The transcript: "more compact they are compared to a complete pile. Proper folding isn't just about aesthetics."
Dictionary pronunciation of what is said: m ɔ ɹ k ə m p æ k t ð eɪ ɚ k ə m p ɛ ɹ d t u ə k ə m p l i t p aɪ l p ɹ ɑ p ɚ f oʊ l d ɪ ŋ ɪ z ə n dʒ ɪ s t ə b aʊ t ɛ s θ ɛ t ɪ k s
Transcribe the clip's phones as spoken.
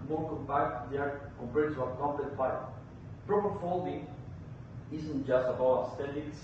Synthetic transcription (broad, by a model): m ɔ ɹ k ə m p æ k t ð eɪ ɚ k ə m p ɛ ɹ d t u ə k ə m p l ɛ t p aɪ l p ɹ ɑ p ɚ f oʊ l d ɪ ŋ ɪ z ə n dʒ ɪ s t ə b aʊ ɛ s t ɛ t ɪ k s